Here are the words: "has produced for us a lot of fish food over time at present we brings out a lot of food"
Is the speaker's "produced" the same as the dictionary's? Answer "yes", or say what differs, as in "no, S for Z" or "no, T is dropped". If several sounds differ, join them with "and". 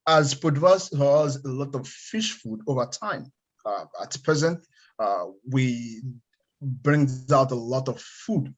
no, R is dropped